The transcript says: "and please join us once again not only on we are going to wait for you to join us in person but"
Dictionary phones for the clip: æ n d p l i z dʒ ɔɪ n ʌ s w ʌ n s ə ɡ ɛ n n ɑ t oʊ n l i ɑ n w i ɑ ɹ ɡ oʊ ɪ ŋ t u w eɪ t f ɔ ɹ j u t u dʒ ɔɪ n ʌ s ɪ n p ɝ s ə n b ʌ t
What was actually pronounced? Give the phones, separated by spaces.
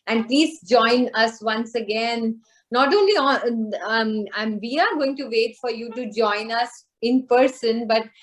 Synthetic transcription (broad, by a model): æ n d p l i z dʒ ɔɪ n ʌ s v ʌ n s ə ɡ ɛ n n ɑ t oʊ n l i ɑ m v i ɑ ɹ ɡ oʊ ɪ ŋ t u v eɪ t f ɔ ɹ j u t u dʒ ɔɪ n ʌ s ɪ n p ɝ s ə n b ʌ t